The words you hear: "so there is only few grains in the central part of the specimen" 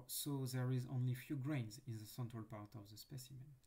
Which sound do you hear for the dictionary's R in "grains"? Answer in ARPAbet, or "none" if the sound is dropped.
R